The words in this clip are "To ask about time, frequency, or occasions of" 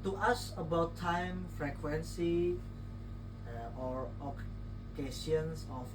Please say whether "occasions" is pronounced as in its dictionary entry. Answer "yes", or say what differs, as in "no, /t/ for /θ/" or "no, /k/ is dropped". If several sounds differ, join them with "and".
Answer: no, /s/ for /ʒ/ and /s/ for /z/